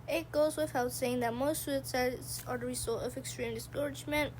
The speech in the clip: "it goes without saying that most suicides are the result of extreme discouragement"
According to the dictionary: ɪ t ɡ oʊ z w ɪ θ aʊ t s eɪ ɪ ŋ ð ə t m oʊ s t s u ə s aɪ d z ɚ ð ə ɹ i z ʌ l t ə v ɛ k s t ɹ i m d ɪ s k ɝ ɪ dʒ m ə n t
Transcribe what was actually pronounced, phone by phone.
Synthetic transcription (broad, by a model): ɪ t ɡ oʊ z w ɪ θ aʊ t s eɪ ɪ ŋ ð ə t m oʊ s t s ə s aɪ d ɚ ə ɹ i s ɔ t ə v ɛ k s t ɹ i m d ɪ s k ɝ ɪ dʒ m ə n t